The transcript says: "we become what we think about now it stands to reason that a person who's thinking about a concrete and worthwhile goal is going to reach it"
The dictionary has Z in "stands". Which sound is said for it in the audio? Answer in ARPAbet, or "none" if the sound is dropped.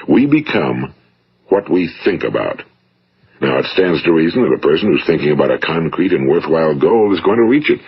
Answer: Z